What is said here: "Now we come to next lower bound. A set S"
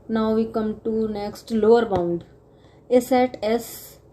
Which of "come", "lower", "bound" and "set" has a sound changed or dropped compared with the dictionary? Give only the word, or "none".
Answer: none